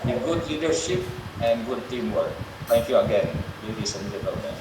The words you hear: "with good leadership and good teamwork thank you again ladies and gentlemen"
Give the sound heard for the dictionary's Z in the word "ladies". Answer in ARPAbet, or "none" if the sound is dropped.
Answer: S